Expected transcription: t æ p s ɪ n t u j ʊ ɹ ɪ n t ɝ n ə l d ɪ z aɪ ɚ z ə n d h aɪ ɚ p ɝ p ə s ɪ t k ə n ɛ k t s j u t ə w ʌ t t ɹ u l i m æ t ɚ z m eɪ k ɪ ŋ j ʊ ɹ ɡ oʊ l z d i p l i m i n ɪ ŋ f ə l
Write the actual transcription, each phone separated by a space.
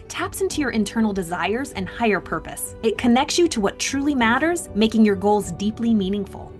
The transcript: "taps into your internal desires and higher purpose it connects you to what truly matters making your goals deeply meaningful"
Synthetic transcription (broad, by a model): t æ p s ɪ n t u j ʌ ɹ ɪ n t ɝ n l d ɪ z aɪ ɚ z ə n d h aɪ ɚ p ɝ p ə s ɪ t k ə n ɛ k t s j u t ə w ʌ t t ɹ u l i m æ t ɚ z m eɪ k ɪ ŋ j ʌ ɹ ɡ oʊ l z d i p l i m i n ɪ ŋ f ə l